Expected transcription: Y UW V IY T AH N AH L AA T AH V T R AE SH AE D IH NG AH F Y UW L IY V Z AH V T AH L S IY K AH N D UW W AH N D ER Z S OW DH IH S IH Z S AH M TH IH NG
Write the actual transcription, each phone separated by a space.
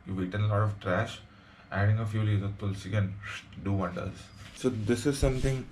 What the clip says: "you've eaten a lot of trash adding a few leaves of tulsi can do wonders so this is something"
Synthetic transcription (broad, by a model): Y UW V IY T AH N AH L AA T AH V T R AE SH AE D IH NG AH F Y UW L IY Z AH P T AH L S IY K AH N D UW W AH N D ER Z S OW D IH S IH Z S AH M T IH NG